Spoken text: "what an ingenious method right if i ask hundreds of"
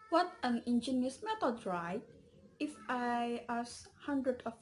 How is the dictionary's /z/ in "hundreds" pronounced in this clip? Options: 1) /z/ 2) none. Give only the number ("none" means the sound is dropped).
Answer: 2